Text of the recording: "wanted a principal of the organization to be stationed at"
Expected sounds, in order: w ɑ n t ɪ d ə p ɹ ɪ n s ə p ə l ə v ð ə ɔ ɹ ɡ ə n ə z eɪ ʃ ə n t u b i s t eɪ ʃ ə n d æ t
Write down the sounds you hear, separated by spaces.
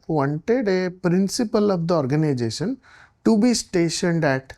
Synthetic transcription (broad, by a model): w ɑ n t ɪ d ə p ɹ ɪ n s ə p ə l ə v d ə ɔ ɹ ɡ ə n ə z eɪ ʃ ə n t u b i s t eɪ ʃ ə n d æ t